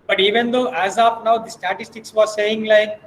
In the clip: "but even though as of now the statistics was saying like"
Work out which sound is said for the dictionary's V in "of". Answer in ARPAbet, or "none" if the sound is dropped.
P